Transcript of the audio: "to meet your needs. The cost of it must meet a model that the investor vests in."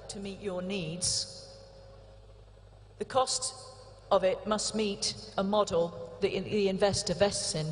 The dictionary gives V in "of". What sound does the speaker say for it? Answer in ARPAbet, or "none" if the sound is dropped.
V